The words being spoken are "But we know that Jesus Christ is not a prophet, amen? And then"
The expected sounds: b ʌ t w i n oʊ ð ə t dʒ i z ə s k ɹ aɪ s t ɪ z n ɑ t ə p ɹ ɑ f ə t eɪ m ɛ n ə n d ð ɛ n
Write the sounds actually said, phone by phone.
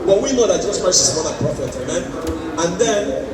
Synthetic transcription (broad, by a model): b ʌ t w i n oʊ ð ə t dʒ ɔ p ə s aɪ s ɪ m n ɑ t ə p ɹ ɑ f ə t eɪ m ɛ n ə n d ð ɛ n